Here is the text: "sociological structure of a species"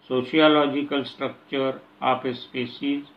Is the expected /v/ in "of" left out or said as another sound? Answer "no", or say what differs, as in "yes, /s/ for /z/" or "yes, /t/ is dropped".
yes, /p/ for /v/